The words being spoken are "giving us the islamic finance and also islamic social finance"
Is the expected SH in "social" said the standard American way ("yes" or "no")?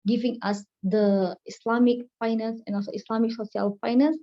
no